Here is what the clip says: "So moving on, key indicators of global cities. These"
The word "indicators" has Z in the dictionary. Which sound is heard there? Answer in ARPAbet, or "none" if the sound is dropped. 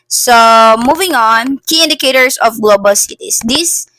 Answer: S